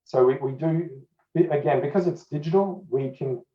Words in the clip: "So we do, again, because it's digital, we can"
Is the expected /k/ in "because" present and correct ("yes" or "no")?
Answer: yes